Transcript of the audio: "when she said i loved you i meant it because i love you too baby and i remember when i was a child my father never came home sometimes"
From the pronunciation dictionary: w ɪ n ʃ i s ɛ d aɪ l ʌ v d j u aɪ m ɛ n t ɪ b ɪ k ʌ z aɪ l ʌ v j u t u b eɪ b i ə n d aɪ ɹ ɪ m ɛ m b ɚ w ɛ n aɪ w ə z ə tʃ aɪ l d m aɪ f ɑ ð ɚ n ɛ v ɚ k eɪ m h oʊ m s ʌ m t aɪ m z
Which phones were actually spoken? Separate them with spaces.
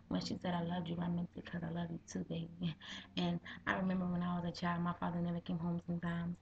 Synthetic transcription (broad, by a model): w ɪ n ʃ i s ɛ d aɪ l ʌ v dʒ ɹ aɪ m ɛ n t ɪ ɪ k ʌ z aɪ l ʌ v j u t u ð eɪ i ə n aɪ ɹ ɪ m ɛ m b ɚ w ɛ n aɪ w ə z ə tʃ aɪ l d m aɪ f ɑ ð ɚ n ɛ v ɚ k eɪ m h oʊ m s ʌ m t aɪ m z